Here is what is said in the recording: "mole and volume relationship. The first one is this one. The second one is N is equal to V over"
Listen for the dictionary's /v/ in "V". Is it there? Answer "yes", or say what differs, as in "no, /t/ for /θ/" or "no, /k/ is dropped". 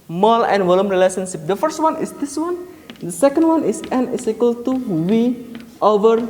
no, /w/ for /v/